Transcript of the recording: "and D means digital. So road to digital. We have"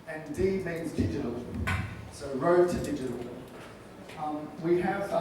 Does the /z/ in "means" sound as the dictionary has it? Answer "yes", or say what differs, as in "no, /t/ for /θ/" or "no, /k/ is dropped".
yes